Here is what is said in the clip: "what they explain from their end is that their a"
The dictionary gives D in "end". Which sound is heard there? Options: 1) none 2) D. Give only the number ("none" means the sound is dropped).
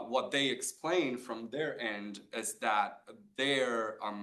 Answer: 2